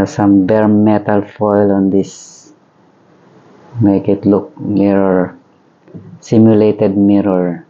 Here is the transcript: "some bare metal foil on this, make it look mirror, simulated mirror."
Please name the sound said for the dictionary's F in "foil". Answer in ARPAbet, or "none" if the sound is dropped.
F